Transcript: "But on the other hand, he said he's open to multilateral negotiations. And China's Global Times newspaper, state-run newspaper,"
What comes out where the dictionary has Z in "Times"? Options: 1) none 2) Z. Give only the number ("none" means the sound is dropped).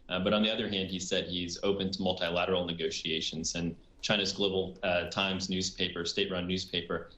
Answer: 2